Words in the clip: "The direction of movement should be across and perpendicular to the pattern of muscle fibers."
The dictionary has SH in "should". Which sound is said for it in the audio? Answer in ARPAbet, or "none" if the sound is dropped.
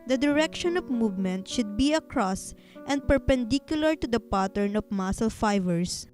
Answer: SH